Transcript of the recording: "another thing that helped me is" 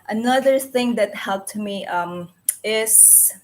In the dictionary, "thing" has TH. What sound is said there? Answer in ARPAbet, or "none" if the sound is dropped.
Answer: TH